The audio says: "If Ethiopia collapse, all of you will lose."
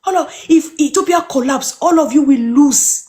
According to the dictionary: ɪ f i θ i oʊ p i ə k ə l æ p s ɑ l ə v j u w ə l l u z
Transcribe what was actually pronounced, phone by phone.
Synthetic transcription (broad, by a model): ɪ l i f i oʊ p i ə k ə l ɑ p s ɑ l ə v j u w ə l l u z